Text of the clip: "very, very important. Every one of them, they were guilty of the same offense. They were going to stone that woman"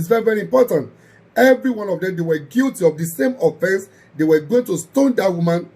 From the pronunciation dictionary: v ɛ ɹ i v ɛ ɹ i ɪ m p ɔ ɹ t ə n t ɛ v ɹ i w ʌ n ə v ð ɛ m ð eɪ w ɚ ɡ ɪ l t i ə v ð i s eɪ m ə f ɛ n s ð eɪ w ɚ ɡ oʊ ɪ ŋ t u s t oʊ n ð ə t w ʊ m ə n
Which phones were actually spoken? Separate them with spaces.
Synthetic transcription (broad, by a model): v ɛ ɹ i v ɛ ɹ i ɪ m p ɔ t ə n t ɛ v ɹ i w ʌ n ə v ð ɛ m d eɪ w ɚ ɡ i l t i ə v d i s eɪ m ə f ɛ n s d eɪ w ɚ ɡ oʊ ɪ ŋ t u s t oʊ n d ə t w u m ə n